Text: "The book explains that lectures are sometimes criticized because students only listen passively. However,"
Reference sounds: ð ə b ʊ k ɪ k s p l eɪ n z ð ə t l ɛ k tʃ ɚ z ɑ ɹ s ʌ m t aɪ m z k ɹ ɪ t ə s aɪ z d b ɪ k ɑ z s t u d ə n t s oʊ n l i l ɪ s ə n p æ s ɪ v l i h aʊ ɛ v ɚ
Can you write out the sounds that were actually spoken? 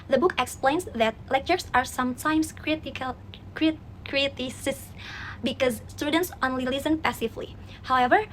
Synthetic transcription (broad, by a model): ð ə b ʊ k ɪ k s p l eɪ n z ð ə t l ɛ k tʃ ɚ s ɑ ɹ s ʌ m t aɪ m s k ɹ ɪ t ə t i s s b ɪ k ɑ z s t u d ə n t s oʊ n l i l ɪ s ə n p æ s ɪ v l i h aʊ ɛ v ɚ